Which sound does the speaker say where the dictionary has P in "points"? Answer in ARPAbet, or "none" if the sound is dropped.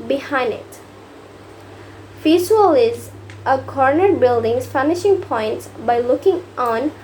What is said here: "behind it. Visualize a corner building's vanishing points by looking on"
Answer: P